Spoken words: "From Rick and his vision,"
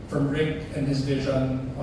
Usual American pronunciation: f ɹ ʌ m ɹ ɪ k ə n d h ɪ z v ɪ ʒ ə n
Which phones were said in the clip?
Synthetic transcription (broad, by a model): f ɹ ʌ m ɹ ɪ k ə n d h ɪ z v ɪ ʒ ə n